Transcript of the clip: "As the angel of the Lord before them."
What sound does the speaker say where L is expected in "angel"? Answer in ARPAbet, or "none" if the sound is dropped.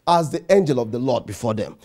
L